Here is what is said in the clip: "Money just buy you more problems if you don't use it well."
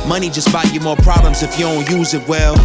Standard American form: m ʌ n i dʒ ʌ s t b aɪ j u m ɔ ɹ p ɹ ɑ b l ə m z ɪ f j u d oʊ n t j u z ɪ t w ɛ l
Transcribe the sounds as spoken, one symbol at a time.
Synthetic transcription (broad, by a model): m ʌ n i dʒ ʌ s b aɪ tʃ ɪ m ɔ ɹ p ɹ ɑ b l ə m z ɪ f j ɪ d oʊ n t j u z ɪ t w ɛ l